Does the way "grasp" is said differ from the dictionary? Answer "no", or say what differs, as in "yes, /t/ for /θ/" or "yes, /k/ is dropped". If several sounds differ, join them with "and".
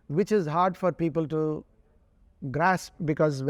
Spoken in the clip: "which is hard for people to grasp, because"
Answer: no